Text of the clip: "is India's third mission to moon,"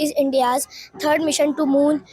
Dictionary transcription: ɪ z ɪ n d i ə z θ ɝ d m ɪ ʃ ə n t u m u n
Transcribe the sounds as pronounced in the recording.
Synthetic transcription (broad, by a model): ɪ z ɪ n d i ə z t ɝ d m ɪ ʃ ə n t u m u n